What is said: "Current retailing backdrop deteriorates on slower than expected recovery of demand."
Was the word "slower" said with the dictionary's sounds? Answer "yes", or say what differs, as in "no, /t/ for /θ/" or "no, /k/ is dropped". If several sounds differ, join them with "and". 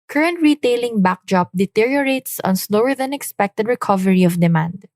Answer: yes